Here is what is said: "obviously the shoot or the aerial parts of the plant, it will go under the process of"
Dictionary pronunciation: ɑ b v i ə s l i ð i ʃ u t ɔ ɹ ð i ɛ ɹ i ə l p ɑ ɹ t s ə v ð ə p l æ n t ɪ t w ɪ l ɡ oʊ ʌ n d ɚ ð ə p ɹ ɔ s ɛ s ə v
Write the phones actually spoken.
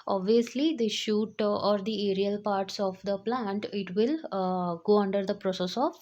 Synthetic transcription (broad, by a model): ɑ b v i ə s l i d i ʃ u t ɔ ɹ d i ɛ ɹ i ə l p ɑ ɹ t s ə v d ə p l æ n t ɪ t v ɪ l ɡ oʊ ʌ n d ɚ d ə p ɹ ɔ s ɛ s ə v